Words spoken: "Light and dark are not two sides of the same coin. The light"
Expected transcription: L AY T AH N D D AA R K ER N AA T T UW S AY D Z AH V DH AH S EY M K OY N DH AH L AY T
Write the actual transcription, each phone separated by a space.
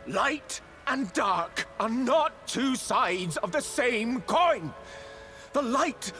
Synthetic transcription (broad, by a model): L AY T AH N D D AA R K ER N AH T T UW S AY D Z AH V DH AH S EY M K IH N DH AH L AY T